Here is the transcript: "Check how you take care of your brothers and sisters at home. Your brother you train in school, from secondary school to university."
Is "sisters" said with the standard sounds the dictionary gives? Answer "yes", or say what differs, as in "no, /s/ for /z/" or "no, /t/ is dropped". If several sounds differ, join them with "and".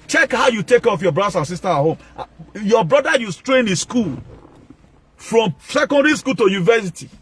no, /z/ is dropped